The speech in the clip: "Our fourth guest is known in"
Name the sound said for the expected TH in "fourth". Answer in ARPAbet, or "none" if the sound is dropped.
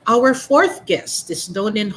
TH